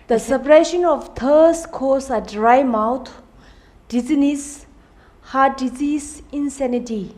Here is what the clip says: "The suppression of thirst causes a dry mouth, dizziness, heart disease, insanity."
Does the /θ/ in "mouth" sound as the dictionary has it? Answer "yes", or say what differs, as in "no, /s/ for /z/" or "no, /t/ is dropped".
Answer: no, /t/ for /θ/